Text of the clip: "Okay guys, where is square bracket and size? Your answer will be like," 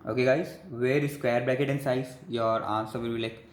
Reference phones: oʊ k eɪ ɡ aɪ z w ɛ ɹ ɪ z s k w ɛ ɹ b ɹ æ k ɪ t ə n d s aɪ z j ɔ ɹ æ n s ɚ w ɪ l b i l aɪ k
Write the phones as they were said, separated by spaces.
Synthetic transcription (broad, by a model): oʊ k eɪ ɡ aɪ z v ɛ ɹ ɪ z s k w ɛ ɹ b l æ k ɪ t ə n s aɪ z j ɔ ɹ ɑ n s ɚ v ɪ l b i l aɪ k